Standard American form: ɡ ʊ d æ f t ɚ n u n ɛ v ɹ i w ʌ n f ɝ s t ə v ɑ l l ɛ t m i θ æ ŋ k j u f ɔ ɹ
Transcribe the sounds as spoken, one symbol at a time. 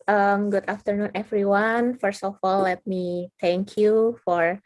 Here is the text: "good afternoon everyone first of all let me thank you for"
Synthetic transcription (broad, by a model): ɡ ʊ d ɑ f t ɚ n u n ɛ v ɹ i w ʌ n f ɝ s t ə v ɑ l l ɛ t m i t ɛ ŋ k j u f ɔ ɹ